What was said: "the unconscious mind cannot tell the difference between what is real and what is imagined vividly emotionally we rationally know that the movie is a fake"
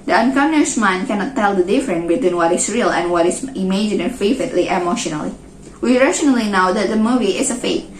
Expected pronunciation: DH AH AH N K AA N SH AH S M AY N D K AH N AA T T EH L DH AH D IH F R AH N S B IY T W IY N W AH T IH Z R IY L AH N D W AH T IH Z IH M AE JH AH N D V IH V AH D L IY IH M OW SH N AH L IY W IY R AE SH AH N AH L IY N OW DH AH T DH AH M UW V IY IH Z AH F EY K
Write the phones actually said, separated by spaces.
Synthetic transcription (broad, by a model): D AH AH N K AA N AH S M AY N K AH N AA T T EH L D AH D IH F R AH N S B IY T W IY N W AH T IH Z R IY L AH N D W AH T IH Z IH M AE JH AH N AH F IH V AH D L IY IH M OW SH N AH L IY W IY R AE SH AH N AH L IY N OW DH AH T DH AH M UW V IY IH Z AH F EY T